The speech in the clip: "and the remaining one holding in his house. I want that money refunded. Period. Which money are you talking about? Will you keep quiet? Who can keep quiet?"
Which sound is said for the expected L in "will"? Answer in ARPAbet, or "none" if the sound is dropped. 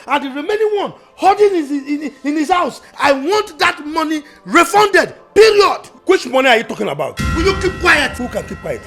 N